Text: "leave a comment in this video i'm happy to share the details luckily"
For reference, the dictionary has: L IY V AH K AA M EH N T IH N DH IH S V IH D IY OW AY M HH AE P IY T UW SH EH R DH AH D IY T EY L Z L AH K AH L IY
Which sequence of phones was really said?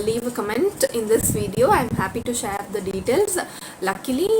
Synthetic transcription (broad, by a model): L IY V AH K AA M EH N T IH N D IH S V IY D IY OW AY M HH AE P IY T UW SH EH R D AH D IY T EY L Z L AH K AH L IY